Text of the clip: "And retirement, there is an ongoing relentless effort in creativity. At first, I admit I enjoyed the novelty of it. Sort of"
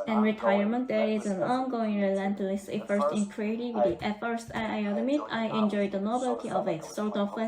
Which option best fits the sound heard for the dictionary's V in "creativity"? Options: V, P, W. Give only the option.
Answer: W